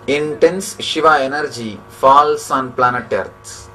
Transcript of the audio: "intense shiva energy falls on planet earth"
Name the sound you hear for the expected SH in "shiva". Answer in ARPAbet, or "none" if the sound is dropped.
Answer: SH